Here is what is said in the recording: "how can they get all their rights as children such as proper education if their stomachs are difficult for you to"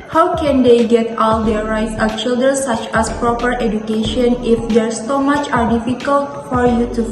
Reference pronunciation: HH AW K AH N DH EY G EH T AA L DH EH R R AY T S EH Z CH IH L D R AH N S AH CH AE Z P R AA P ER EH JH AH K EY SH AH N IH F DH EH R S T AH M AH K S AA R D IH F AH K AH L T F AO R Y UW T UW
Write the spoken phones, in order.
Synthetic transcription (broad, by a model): HH AW K AH N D EY G EH T AA L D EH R R AY T S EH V CH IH L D R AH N S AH CH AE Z P R AA P ER EH JH AH K EY SH AH N IH F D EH R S S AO M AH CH AA R D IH F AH K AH L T F AO R Y UW T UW